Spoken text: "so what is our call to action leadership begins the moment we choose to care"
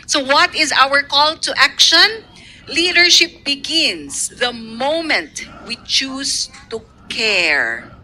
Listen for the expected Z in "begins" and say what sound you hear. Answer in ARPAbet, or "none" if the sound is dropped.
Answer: S